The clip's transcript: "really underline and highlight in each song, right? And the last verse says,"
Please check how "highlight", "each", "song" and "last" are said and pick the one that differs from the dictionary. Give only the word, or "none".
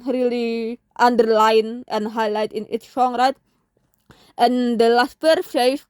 each